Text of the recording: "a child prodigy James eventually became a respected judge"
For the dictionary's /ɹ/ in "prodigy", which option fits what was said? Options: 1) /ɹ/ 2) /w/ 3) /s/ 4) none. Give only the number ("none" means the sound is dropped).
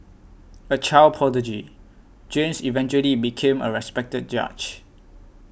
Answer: 4